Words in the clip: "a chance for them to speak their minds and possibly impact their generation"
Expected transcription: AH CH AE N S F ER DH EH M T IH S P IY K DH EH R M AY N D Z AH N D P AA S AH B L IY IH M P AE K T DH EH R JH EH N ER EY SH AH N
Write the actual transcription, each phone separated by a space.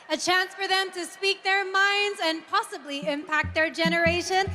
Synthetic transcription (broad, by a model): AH CH AE N S F ER DH EH M T IH S P IY K DH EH R M AY N D Z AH N P AA S AH B L IY IH M P AE K T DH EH R JH EH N ER EY SH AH N